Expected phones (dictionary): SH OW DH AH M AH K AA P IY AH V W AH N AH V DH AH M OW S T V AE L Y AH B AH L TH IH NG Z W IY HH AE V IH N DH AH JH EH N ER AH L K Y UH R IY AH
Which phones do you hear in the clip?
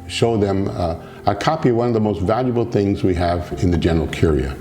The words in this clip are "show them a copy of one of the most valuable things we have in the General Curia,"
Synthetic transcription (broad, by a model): SH OW DH AH M AH K AA P IY AH V W AH N AH V DH AH M OW S T V AE L Y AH B L TH IH NG Z W IY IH V IH N DH AH JH EH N ER L K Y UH R IY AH